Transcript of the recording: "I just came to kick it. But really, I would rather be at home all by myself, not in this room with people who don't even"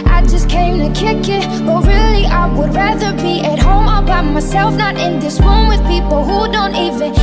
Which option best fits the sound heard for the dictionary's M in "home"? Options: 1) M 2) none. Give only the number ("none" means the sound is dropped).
1